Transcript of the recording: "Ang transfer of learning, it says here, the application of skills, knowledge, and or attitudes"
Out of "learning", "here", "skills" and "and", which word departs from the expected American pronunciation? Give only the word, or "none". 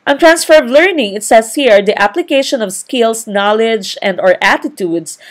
skills